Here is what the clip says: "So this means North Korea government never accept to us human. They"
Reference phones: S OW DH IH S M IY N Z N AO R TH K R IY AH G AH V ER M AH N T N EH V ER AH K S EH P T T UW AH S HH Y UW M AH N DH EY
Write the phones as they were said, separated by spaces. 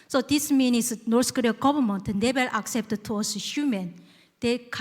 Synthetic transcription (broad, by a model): S OW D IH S M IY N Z N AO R S K R IY AH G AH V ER M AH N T N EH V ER AH K S EH P T T UW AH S HH Y UW M AH N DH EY